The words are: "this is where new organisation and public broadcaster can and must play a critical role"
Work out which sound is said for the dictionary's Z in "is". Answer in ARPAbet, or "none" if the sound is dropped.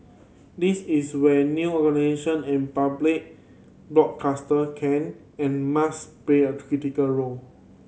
S